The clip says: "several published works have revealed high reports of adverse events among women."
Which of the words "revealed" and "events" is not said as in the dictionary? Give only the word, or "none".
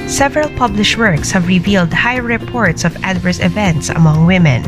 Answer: none